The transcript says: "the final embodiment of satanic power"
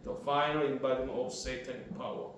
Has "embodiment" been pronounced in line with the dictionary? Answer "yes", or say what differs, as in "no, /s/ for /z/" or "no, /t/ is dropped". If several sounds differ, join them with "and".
no, /t/ is dropped